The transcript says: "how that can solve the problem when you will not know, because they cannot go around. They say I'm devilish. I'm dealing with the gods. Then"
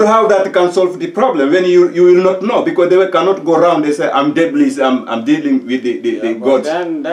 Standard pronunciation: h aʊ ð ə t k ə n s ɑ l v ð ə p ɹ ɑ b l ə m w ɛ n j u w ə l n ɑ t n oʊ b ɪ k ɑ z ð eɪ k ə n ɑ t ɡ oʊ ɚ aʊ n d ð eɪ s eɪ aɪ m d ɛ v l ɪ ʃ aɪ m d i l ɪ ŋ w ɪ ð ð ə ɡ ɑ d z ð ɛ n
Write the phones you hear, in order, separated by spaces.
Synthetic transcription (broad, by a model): h aʊ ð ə t k ə n s ɑ l v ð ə p ɹ ɑ b l ə m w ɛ n j u w ə l n ɑ t n oʊ b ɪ k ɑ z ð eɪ k ə n ɑ t ɡ oʊ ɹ aʊ n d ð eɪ s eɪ aɪ m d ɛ b l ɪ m aɪ m d i l ɪ ŋ w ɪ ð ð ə ɡ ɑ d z